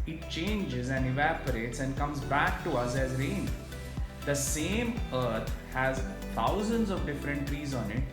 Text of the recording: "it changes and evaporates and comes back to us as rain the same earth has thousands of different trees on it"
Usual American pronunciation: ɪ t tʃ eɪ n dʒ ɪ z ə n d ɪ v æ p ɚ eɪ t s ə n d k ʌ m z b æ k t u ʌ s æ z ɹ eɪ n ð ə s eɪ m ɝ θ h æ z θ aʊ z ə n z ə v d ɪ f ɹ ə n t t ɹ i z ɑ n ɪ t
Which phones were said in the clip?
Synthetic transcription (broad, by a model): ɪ t tʃ eɪ n dʒ ɪ z ə n d ɪ v æ p ɚ eɪ t s ə n d k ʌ m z b æ k t u ʌ s æ z ɹ eɪ n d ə s eɪ m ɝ t h æ z t aʊ z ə n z ə v d ɪ f ɹ ə n t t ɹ i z ɑ n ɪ t